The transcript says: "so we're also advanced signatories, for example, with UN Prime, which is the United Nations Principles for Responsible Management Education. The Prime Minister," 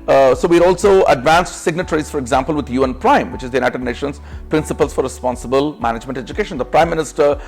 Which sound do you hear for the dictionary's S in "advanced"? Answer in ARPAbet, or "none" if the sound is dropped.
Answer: S